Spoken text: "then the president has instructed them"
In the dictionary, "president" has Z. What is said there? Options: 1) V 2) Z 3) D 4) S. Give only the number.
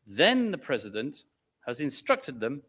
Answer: 2